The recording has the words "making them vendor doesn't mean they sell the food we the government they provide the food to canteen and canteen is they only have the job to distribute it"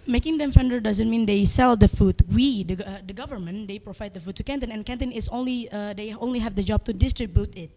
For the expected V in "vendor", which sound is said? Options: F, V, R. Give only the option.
F